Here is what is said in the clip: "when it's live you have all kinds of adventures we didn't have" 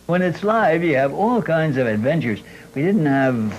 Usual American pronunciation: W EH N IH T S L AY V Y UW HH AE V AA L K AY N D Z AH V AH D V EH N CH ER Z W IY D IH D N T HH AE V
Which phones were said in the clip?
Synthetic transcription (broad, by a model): W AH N IH T S L AY V Y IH V AA L K AY N D Z AH V AH D V EH N CH ER Z W IY D IH D N T HH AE V